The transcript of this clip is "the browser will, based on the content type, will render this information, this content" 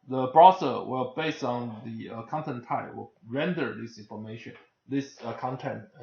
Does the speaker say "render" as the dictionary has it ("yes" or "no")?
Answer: yes